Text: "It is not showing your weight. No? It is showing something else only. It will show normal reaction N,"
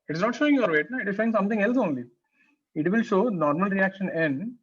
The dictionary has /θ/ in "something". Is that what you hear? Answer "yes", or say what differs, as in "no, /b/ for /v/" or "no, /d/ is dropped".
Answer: no, /t/ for /θ/